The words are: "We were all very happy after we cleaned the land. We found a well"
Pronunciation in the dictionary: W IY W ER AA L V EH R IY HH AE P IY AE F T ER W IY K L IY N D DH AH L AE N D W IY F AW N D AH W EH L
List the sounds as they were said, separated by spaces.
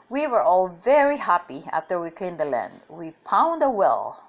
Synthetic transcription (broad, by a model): W IY W ER AA L V EH R IY HH AE P IY AE F T ER W IY K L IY N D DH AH L AE N D W IY P AW N D AH W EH L